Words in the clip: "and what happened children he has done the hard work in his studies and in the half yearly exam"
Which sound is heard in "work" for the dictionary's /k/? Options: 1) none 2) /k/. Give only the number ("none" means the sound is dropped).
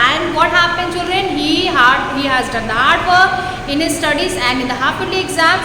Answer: 1